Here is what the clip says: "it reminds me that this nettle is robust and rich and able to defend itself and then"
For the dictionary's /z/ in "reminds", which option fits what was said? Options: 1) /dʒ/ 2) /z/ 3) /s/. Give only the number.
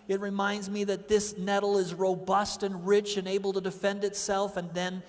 2